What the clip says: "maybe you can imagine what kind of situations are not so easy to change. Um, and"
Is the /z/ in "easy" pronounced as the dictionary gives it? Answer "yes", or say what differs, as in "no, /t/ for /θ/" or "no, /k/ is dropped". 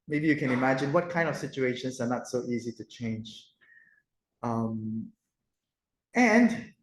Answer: yes